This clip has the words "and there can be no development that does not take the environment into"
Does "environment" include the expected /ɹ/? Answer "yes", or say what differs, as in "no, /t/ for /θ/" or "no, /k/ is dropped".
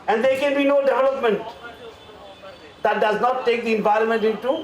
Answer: yes